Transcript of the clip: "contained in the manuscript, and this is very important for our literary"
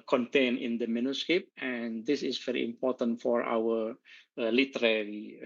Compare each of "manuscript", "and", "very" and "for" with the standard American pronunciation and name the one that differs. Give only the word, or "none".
manuscript